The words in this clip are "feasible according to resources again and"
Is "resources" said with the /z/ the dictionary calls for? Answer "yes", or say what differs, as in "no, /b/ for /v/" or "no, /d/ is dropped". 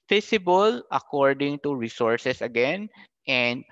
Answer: no, /s/ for /z/